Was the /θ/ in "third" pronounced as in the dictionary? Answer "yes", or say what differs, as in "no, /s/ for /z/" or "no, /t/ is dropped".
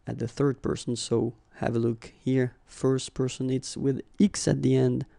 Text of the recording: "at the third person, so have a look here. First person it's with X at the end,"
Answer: yes